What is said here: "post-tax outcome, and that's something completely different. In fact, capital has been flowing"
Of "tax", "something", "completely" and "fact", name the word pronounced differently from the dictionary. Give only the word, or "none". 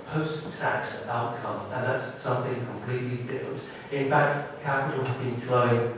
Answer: none